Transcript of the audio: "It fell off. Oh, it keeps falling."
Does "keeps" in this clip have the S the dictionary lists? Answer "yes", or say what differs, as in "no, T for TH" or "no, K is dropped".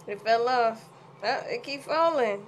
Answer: no, S is dropped